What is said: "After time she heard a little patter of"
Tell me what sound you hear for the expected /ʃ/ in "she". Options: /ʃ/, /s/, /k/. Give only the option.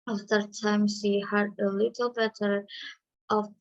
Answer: /s/